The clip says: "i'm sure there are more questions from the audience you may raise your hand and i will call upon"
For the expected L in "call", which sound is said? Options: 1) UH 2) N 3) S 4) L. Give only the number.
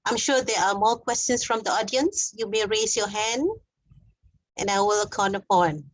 2